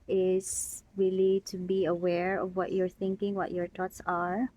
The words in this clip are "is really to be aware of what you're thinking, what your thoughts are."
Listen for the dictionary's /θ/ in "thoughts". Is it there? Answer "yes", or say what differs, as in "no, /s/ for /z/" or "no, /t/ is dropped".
no, /t/ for /θ/